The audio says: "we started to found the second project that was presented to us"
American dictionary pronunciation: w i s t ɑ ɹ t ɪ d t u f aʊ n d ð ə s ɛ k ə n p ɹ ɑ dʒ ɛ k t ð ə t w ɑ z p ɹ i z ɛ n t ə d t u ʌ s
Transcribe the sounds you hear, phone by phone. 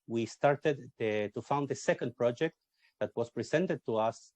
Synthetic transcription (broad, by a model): w i s t ɑ ɹ t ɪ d t u f aʊ n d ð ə s ɛ k ə n p ɹ ɑ dʒ ɛ k t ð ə t w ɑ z p ɹ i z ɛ n t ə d t u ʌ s